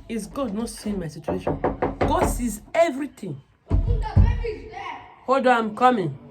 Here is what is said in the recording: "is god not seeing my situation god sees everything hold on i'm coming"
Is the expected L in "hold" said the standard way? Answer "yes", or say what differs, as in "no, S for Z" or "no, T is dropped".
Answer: no, L is dropped